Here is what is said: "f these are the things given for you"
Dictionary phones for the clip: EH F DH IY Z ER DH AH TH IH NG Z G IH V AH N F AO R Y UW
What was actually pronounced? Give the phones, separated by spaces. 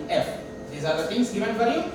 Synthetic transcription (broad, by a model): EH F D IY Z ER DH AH T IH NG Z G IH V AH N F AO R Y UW